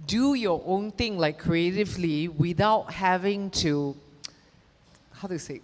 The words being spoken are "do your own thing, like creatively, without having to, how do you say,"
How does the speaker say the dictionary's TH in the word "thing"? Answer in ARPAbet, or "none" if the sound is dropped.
T